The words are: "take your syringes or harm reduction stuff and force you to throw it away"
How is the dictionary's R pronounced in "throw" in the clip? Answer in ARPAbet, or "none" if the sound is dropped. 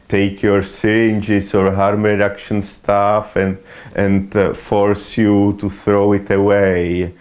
R